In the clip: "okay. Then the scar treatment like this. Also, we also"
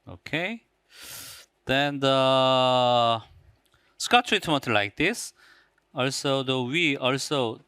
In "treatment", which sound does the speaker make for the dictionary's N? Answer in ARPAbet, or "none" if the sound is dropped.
none